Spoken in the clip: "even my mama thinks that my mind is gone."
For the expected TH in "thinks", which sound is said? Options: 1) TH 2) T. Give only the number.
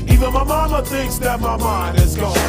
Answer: 1